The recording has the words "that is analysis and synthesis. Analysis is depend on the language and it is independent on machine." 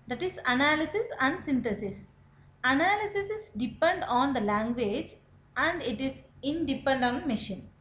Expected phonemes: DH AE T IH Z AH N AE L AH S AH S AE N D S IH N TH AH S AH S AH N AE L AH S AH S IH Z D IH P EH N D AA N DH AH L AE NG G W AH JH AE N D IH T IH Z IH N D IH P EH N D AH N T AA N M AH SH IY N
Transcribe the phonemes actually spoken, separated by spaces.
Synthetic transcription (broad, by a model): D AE T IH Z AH N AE L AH S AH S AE N D S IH N T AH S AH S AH N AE L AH S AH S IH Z D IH P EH N D AA N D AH L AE NG G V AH JH AE N D IH T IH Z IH N D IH P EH N D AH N AH M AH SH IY N